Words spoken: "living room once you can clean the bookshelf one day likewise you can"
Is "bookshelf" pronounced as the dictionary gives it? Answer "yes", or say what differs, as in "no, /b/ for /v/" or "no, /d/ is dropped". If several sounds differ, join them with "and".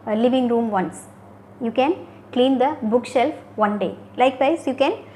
yes